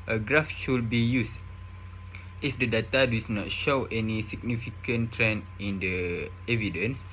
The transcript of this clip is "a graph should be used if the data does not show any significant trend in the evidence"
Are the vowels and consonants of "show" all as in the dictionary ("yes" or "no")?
yes